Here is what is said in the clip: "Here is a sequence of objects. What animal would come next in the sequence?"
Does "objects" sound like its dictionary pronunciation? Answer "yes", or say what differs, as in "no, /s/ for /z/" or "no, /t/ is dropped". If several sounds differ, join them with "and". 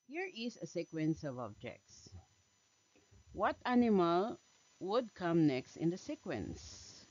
yes